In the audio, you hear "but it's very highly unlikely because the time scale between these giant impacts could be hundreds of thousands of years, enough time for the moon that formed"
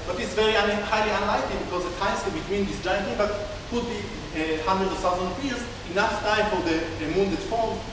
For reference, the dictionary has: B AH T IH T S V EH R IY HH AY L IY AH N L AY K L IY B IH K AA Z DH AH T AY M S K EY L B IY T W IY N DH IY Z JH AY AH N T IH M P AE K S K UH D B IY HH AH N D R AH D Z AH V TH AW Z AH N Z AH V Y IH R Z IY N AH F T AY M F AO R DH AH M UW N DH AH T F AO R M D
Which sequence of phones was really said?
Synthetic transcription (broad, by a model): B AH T IH T S V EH R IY HH AY L IY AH N L AY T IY B IH K AA Z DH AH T AY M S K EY B IY T W IY N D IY S JH AY AH N T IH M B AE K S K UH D B IY HH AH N D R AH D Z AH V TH AW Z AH N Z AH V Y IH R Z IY N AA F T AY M F AO R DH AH M UW N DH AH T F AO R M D